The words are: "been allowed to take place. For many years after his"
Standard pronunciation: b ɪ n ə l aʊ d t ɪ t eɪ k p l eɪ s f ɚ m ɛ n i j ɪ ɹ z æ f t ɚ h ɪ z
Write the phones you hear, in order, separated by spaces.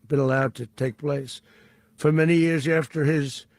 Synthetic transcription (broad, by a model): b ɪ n ə l aʊ d t ɪ t eɪ k p l eɪ s f ɚ m ɛ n i j ɪ ɹ z æ f t ɚ ɪ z